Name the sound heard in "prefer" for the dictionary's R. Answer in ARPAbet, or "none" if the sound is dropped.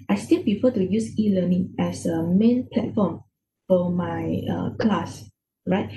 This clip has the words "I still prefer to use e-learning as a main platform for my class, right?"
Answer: none